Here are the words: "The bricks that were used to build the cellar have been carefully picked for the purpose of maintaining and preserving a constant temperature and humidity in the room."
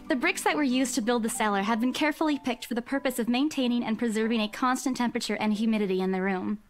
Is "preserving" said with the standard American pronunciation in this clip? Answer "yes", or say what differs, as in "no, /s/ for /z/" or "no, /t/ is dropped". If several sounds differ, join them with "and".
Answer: yes